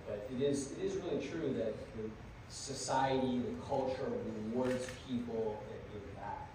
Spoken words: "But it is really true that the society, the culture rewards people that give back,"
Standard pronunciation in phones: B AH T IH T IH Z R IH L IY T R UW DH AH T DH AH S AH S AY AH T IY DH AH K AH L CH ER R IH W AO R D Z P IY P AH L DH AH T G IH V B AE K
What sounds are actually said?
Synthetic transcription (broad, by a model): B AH T IH T IH Z R IH L IY T R UW DH AH T DH AH S AH S AY AH T IY DH AH K AH L CH ER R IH W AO R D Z P IY P L DH AH T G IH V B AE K